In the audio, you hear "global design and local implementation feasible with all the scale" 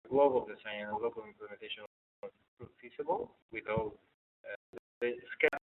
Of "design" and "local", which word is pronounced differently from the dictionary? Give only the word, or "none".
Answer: design